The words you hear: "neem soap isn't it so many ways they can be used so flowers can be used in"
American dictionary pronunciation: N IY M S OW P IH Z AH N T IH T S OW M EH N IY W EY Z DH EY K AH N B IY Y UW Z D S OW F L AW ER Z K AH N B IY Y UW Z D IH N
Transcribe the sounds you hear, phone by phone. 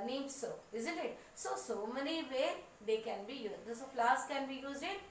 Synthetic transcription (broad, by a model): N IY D S OW IH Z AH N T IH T S OW M EH N IY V EY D EY K AH N B IY Y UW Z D S OW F L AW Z K AH N B IY Y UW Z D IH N